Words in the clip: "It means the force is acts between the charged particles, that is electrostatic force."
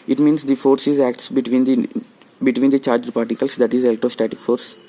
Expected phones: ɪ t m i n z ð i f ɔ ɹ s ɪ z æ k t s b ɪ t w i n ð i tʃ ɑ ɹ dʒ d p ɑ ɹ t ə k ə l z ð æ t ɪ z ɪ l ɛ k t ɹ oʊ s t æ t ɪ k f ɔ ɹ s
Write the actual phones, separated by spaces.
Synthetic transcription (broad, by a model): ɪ t m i n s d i f ɔ ɹ s ɪ z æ k t s b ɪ t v i n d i tʃ ɑ ɹ dʒ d p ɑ ɹ t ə k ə l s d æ t ɪ z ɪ l t oʊ s t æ t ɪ k f ɔ ɹ s